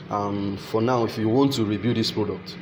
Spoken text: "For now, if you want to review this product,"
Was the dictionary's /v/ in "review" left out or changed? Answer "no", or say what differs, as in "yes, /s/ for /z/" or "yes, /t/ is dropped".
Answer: yes, /b/ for /v/